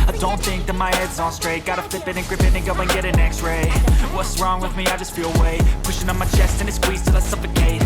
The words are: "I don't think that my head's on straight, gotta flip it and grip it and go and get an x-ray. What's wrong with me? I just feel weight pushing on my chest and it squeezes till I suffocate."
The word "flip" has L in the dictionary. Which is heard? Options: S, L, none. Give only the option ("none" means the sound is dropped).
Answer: none